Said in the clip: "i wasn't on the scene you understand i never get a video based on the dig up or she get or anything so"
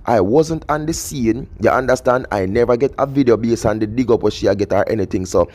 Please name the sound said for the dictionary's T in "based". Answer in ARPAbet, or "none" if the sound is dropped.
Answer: none